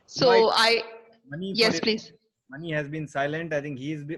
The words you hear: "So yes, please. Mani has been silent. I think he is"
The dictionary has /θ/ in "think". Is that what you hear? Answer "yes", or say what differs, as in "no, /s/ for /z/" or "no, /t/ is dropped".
no, /t/ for /θ/